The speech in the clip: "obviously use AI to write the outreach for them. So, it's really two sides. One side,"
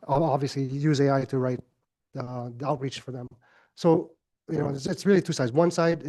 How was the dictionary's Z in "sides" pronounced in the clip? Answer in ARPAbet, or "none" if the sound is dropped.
Z